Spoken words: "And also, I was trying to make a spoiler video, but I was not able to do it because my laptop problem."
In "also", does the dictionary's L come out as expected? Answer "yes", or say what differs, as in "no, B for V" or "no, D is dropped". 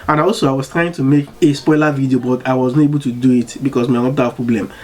yes